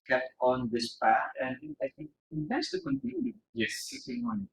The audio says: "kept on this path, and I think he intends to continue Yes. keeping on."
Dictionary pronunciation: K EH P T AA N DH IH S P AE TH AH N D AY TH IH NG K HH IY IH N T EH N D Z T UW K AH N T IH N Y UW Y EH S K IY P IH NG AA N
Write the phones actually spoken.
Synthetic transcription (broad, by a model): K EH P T AA N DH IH S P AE T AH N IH AY TH IH NG K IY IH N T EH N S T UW K AH N T IH N Y UW Y EH S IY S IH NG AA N